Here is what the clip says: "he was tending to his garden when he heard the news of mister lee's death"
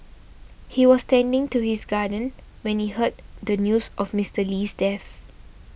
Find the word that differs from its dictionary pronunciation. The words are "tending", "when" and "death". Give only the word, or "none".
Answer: death